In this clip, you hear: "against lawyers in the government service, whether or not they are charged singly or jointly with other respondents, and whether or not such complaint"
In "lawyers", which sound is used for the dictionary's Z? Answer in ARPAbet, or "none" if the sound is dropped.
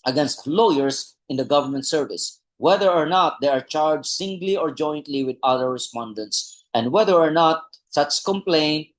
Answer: S